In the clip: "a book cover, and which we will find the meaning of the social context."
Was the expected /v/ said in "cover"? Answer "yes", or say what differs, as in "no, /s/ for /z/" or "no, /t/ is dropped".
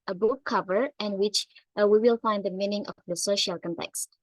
yes